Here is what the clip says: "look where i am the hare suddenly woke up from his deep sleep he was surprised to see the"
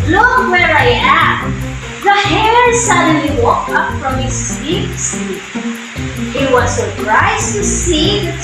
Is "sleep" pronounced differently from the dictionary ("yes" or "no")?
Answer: yes